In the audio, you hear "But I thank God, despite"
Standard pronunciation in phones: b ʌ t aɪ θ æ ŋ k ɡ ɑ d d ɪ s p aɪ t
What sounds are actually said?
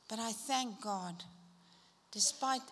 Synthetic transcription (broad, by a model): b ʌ t aɪ θ æ ŋ k ɡ ɑ d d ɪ s p aɪ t